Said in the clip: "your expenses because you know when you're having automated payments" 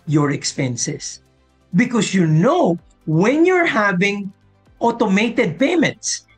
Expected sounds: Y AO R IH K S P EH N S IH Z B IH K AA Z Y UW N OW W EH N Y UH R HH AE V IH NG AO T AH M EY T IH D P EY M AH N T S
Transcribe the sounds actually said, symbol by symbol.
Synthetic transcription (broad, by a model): Y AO R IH K S P EH N S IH S B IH K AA S Y UW N OW W EH N Y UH R HH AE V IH NG AO T AH M EY T IH D P EY M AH N T S